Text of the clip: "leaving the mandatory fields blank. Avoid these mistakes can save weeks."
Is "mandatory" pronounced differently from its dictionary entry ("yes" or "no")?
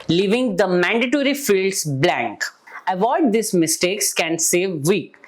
no